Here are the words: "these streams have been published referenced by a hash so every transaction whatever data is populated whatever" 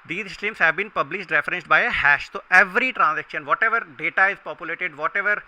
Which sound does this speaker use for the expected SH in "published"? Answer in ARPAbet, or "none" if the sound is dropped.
SH